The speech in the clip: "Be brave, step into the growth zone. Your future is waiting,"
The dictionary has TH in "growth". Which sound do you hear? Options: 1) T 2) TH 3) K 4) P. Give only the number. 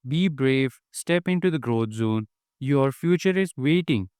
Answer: 1